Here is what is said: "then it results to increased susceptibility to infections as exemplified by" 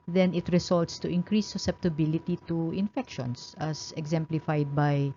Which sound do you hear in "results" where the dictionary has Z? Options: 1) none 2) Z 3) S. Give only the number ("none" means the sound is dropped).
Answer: 3